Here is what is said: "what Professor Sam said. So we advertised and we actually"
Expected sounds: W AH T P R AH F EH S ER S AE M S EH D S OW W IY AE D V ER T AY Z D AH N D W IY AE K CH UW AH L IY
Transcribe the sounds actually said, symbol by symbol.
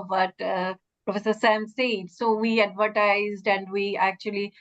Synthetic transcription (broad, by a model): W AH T P R AH F EH S ER S AE M S EH D S OW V IY AE D V ER T AY Z D AH N D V IY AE K CH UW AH L IY